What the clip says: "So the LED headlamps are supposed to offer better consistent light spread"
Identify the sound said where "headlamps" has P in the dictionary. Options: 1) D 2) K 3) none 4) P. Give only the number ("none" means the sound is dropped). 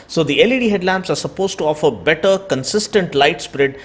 4